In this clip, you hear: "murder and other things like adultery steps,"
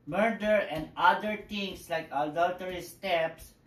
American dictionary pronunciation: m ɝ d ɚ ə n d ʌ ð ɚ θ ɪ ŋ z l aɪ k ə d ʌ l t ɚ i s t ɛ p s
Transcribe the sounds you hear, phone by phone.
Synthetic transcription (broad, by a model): m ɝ d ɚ ə n d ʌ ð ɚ t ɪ ŋ s l aɪ k ə d ʌ l t ɚ i s t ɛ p s